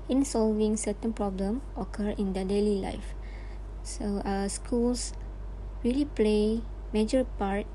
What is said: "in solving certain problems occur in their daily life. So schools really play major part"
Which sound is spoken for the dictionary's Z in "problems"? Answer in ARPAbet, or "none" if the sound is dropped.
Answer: none